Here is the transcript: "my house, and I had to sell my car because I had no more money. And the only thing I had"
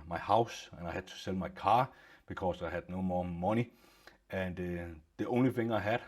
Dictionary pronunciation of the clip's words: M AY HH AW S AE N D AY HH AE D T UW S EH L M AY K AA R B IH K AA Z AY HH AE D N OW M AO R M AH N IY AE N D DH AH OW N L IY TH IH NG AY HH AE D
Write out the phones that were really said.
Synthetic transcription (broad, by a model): M AY HH AW S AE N AY HH AE D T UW S EH L M AY K AA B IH K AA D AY HH AE D N OW M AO M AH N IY AE N D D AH OW N L IY F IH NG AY HH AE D